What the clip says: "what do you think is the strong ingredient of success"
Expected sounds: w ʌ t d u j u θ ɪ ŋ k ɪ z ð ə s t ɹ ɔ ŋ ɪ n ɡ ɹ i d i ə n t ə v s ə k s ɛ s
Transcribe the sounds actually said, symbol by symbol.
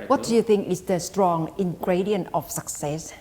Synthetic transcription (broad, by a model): w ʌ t d u j u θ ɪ ŋ k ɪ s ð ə s t ɹ ɔ ŋ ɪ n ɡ ɹ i d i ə n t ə f s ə k s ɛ s